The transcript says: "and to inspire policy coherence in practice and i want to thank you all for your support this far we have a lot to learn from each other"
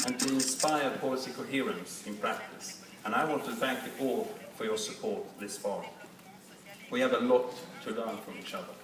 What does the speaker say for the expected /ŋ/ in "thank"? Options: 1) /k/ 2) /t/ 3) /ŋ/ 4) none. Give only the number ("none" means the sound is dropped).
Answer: 3